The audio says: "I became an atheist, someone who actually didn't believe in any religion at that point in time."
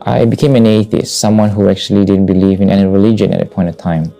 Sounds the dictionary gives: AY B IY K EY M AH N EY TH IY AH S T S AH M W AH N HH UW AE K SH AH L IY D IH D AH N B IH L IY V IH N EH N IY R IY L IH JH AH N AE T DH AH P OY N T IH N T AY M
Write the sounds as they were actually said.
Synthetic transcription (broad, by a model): AY B IY K EY M AH N EY TH IY AH S T S AH M W AH N HH UW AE K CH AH L IY D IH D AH N B IH L IY V IH N EH N IY R IY L IH JH AH N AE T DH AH P OY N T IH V T AY M